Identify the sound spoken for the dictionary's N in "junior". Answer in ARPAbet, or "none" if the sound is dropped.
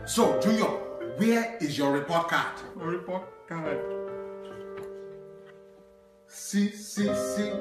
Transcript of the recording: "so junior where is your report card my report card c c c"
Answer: none